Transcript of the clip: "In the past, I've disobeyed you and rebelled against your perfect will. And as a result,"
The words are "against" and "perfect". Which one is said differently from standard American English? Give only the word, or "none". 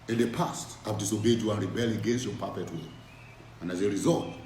perfect